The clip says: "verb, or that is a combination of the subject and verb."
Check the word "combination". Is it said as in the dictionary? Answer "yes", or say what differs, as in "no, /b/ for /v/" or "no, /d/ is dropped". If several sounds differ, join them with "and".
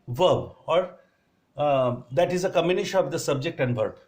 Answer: no, /b/ is dropped